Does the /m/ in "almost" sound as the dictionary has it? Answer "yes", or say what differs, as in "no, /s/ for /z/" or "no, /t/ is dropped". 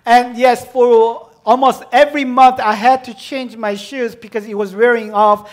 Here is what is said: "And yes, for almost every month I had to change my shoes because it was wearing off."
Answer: yes